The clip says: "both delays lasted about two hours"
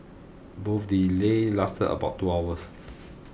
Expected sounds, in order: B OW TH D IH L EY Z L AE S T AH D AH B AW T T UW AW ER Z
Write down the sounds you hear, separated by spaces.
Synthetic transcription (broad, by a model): B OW F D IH L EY L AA S T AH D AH B AW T T UW AW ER S